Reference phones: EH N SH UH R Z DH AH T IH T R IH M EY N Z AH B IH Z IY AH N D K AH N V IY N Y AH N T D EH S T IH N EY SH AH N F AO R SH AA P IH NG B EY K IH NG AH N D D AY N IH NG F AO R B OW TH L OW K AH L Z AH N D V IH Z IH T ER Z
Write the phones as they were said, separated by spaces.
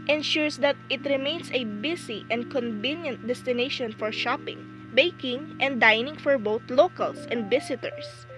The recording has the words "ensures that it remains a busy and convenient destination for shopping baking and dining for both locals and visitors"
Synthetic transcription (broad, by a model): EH N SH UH R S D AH T IH T R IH M EY N S AH B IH S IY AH N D K AH N V IY N Y AH N T D EH S T IH N EY SH AH N F AO R SH AA P IH NG B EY K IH NG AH N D D AY N IH NG F AO R B OW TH L OW K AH L S AH N D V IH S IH T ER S